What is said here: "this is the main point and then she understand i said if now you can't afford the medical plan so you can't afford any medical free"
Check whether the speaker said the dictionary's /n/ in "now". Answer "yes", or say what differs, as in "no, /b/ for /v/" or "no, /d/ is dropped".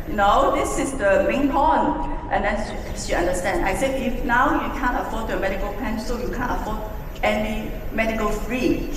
yes